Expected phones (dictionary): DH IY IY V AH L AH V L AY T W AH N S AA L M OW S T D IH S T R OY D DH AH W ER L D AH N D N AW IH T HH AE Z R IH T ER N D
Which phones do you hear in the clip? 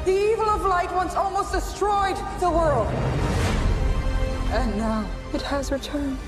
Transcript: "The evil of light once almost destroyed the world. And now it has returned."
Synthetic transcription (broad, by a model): DH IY IY V AH L AH V L AY T W AH N S AA L M OW S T D IH S T R OY D DH AH W ER L D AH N N AW IH T HH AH Z R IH T ER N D